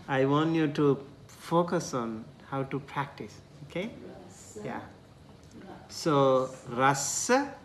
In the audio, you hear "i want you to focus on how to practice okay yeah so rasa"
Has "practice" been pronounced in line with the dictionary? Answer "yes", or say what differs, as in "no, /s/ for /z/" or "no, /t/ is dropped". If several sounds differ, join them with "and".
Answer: yes